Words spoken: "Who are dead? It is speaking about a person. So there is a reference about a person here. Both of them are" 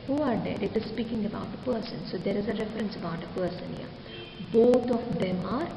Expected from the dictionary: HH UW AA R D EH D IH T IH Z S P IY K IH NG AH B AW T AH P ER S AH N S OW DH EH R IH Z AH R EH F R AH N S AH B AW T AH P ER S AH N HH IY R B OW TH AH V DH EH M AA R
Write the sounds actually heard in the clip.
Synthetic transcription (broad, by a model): HH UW AA R D EH D IH T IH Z S P IY K IH NG AH B AW T AH P ER S AH N S OW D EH R IH Z AH R EH F R AH N S AH B AW T AH P ER S AH N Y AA B OW T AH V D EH M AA R